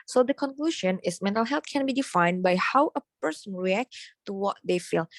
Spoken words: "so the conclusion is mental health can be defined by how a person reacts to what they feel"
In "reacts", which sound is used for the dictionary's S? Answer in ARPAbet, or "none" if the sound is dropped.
none